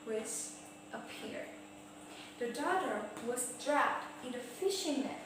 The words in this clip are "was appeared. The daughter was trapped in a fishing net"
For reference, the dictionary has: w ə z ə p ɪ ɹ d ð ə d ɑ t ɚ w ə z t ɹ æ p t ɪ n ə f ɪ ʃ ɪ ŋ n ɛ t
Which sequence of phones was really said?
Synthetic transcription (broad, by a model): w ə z ə p ɪ ɹ d ð ə d ɑ t ɚ w ə z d ɹ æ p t ɪ n ə f ɪ ʃ ɪ ŋ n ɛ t